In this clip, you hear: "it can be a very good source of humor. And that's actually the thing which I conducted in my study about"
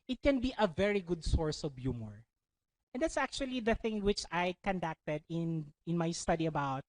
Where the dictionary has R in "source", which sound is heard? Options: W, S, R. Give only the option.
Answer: R